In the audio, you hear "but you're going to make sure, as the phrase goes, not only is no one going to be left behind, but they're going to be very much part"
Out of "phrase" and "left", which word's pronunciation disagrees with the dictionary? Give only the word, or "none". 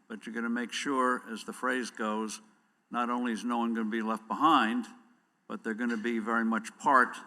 none